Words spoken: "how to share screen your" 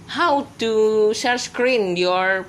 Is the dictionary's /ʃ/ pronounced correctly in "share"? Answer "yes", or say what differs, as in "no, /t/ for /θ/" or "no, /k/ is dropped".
no, /s/ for /ʃ/